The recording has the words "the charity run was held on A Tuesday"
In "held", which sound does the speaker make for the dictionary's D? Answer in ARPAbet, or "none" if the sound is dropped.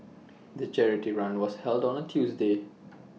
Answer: D